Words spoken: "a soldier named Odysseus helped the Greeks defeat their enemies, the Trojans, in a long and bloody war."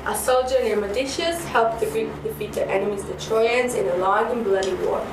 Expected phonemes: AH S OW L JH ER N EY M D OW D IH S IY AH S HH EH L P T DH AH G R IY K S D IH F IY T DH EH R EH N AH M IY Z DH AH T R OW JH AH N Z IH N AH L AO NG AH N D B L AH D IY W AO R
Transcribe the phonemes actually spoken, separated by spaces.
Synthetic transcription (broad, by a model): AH S OW L JH ER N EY M OW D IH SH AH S HH EH L P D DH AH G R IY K D IH F IY T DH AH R EH N AH M IY Z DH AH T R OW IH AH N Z IH N AH L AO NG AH N B L AH D IY W AO